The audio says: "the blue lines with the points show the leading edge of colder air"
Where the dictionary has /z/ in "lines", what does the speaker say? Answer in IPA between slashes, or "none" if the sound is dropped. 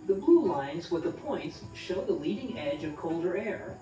/z/